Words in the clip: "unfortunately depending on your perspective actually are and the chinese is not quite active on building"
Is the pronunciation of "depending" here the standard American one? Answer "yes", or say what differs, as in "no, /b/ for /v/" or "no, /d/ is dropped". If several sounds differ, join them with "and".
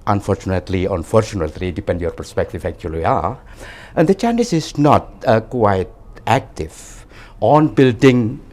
no, /l/ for /n/